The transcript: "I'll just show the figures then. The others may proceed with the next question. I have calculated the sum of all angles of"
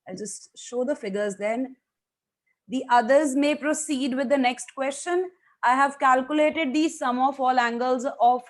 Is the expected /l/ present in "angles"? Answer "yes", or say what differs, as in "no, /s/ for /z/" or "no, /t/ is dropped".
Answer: yes